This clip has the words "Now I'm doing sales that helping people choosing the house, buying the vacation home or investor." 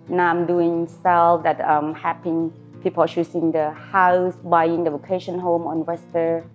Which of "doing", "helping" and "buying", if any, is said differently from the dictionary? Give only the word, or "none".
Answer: helping